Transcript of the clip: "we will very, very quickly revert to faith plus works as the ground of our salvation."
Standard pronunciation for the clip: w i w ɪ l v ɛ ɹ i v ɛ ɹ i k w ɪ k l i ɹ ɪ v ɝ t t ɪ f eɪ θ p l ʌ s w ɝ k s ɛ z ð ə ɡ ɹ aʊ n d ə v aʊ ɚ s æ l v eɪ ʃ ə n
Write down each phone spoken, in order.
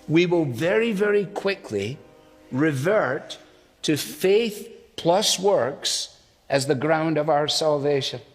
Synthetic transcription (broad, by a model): w i w ɪ l v ɛ ɹ i v ɛ ɹ i k w ɪ k l i ɹ ɪ v ɝ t t ɪ f eɪ θ p l ʌ s w ɝ k s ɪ z ð ə ɡ ɹ aʊ n d ə v aʊ ɚ s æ l v eɪ ʃ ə n